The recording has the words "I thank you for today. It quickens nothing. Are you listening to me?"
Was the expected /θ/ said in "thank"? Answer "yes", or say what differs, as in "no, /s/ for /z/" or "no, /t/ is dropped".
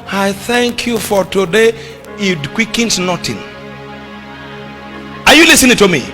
yes